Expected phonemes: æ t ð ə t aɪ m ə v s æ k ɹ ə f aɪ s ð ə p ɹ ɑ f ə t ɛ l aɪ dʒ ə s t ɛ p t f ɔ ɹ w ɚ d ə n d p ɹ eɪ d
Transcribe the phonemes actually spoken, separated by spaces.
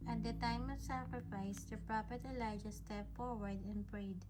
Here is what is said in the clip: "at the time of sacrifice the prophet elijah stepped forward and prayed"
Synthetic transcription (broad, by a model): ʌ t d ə t aɪ m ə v s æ k ɹ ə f aɪ s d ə p ɹ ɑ p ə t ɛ l aɪ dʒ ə s t ɛ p f ɔ ɹ w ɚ d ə n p ɹ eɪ d